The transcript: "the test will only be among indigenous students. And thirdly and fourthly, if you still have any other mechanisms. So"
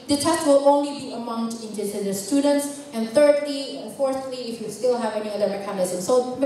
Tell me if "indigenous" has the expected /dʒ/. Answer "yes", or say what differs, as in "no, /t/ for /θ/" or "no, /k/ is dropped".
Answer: no, /z/ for /dʒ/